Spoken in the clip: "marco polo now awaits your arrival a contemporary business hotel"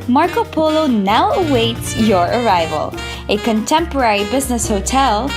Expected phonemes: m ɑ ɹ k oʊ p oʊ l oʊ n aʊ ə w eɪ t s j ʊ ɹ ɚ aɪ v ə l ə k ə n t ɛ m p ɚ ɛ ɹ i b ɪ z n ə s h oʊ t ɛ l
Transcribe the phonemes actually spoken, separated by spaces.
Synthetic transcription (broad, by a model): m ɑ ɹ k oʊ p oʊ l oʊ n aʊ ə w eɪ t s j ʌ ɹ ɚ aɪ v ə l ə k ə n t ɛ m p ɚ ɛ ɹ i b ɪ z n ə s h oʊ t ɛ l